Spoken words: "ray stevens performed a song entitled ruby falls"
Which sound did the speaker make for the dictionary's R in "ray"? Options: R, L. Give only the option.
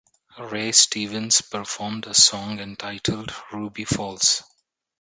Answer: R